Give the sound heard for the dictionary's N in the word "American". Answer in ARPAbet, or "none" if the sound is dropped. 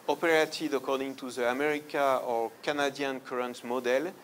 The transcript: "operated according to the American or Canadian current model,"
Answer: none